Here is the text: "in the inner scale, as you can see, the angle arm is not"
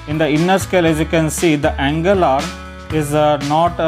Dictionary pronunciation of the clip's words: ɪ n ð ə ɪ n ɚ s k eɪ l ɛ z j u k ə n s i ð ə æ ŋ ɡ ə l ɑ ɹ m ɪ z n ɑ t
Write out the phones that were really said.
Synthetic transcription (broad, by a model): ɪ n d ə ɪ n ɚ s k eɪ l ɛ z j u k ə n s i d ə æ ŋ ɡ ə l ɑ ɹ ɪ z n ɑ t